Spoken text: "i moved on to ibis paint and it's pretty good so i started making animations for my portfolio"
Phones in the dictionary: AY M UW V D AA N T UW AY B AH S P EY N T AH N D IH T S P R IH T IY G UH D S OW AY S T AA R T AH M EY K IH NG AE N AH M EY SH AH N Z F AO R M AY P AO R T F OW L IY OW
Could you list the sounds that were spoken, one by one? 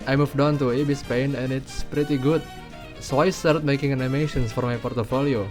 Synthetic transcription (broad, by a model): AY M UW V D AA N T UW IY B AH S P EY N AH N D IH T S P R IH T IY G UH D S OW AY S T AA R T M EY K IH NG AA N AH M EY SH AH N S F AO R M AY P AO R T F OW L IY OW